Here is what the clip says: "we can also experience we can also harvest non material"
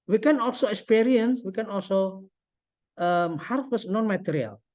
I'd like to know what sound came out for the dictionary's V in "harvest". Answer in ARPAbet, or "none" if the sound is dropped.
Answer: W